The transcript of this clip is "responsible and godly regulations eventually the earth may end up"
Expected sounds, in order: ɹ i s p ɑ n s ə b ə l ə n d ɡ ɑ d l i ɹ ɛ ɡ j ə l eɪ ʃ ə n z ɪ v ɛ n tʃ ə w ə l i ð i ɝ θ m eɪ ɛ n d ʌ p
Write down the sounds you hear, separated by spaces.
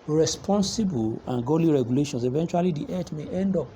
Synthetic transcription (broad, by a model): ɹ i s p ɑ n s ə b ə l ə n ɡ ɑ l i ɹ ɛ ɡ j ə l eɪ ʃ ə n s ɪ v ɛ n tʃ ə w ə l i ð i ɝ t m eɪ ɛ n d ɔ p